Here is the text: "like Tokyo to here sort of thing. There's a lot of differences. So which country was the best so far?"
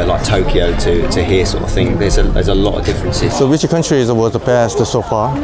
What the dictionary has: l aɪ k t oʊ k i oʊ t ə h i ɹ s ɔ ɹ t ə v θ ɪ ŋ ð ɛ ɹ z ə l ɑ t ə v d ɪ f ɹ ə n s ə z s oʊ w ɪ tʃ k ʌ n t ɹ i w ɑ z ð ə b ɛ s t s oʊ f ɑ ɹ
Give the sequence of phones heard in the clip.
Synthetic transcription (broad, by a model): l aɪ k t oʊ k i oʊ t ə h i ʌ s ɔ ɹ t ə v θ ɪ ŋ ð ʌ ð z ə l ɑ t ə v d ɪ f ɹ ə n s ə z s oʊ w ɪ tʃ k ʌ n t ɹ i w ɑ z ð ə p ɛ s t s oʊ f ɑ